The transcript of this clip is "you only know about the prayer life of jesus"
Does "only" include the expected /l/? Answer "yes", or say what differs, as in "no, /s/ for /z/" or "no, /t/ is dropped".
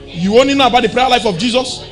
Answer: yes